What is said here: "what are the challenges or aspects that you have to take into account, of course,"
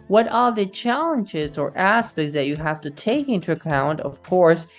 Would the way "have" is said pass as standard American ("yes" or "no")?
no